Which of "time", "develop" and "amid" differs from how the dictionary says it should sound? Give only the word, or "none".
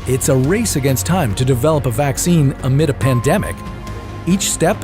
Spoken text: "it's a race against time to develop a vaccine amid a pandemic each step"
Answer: none